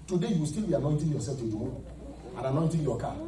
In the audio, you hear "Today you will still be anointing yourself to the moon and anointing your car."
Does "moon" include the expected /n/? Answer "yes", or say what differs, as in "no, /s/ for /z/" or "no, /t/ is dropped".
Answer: no, /n/ is dropped